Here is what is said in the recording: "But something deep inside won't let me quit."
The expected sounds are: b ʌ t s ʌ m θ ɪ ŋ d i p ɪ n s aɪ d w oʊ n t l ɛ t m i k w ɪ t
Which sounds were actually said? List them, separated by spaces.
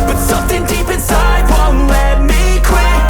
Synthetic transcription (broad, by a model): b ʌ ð s ʌ m θ ɪ ŋ d i p ɪ n s aɪ d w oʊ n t l ɛ t m i k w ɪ